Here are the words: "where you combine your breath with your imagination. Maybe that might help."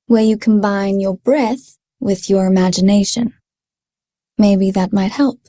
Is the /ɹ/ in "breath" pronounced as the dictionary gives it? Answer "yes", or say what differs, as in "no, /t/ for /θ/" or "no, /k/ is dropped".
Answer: yes